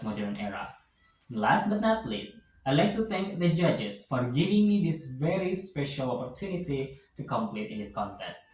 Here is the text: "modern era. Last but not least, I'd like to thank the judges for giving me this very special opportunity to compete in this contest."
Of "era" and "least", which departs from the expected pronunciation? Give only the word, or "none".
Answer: least